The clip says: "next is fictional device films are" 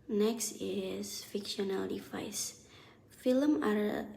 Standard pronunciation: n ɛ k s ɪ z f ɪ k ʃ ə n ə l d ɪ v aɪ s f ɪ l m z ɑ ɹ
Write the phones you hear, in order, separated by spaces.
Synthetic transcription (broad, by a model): n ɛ k s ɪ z f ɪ k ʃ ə n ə l d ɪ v aɪ s f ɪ l m ɑ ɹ